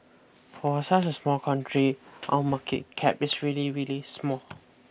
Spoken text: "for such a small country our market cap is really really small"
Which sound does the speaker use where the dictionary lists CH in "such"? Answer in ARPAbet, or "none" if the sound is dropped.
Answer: S